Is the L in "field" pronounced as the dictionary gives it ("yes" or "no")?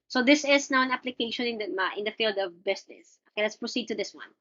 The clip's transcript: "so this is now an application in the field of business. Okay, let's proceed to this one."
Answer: yes